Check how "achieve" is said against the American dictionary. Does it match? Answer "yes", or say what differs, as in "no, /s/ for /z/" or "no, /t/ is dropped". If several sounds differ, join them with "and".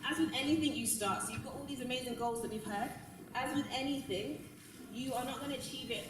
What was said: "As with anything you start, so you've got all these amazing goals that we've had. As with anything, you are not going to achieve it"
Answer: yes